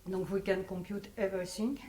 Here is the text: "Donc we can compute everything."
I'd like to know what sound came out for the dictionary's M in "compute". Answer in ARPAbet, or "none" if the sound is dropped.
none